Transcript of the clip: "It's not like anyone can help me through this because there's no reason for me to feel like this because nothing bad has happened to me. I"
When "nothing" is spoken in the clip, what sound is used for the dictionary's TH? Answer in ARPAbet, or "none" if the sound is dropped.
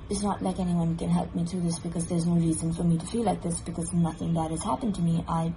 TH